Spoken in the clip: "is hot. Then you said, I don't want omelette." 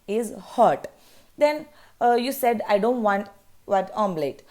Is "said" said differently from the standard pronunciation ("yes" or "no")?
no